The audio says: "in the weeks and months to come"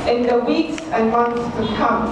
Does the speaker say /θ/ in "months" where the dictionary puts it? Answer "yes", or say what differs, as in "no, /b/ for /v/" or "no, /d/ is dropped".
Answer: no, /t/ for /θ/